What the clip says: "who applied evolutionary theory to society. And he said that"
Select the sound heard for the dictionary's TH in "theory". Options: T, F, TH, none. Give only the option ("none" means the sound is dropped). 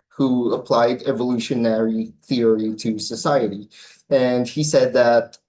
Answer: TH